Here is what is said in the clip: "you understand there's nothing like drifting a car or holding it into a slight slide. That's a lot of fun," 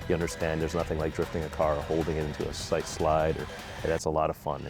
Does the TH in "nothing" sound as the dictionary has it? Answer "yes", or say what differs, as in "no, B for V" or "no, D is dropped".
yes